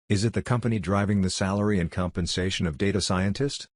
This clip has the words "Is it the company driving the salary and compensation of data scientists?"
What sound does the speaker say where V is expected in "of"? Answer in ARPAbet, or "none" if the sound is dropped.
V